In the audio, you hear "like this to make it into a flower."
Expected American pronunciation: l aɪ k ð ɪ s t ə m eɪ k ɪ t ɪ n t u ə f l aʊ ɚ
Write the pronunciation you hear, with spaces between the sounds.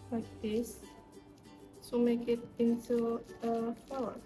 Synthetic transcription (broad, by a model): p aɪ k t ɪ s s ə m eɪ k ɪ t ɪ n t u ə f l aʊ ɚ